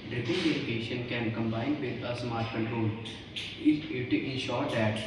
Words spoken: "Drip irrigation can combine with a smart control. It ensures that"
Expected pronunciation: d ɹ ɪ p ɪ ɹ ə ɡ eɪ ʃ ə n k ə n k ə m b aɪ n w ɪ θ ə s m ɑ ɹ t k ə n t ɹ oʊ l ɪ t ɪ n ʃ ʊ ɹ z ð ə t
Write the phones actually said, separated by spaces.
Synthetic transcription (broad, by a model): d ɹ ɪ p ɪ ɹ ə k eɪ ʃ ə n k ə n k ə m b aɪ n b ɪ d ə s m ɑ ɹ t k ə n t ɹ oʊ l ɪ t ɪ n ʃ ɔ ɹ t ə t